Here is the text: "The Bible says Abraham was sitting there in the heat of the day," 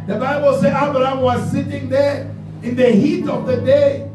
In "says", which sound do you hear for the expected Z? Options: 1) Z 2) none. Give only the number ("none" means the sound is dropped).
2